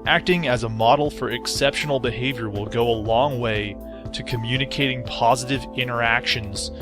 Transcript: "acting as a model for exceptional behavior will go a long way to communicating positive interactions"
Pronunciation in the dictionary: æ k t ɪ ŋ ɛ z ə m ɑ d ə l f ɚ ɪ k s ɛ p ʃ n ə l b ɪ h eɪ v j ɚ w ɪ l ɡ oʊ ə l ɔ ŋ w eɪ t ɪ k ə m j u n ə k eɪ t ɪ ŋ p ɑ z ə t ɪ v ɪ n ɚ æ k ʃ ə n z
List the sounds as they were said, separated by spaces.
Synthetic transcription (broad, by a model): æ k t ɪ ŋ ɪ z ə m ɑ d l f ɚ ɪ k s ɛ p ʃ n l b ɪ h eɪ v j ɚ w ɪ l ɡ oʊ ə l ɔ ŋ w eɪ t ɪ k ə m j u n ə k eɪ t ɪ ŋ p ɑ z ə t ɪ v ɪ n ɚ æ k ʃ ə n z